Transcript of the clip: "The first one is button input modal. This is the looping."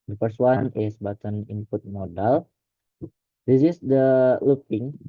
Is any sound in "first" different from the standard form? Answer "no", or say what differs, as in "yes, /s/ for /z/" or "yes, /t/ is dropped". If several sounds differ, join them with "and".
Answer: yes, /p/ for /f/